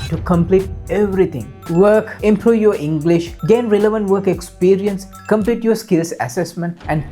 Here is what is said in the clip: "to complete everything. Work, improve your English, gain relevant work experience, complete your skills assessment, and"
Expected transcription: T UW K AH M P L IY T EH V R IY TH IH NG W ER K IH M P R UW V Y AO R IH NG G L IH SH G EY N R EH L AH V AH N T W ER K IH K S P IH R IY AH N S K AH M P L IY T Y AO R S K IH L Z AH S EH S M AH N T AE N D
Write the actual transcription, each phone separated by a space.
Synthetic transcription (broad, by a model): T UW K AH M P L IY T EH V R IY T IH NG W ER K IH M P R UW V Y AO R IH NG G L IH SH G EY N R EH L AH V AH N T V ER K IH K S P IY R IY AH N S K AH M P L IY T Y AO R S K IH L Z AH S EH S M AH N T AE N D